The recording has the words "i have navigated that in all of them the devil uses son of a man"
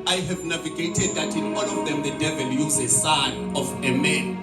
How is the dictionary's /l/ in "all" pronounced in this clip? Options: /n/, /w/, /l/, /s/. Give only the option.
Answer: /n/